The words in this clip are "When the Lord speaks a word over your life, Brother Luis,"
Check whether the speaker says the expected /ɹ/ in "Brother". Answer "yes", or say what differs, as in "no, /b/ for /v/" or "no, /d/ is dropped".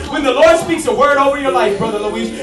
yes